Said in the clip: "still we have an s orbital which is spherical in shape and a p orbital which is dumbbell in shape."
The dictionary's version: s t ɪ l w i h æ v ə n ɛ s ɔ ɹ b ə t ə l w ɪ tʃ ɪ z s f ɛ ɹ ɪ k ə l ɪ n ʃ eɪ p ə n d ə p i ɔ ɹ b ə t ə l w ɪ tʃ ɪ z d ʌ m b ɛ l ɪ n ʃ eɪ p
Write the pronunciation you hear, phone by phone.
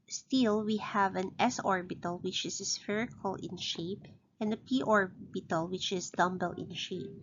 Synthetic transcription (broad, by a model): s t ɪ l w i h æ v ə n ɛ s ɔ ɹ b ə t ə l w ɪ tʃ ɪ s s f ɛ ɹ ɪ k ə l ɪ n ʃ eɪ p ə n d ə p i ɔ ɹ b ə t ə l w ɪ tʃ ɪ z d ʌ m b ɛ l ɪ n ʃ eɪ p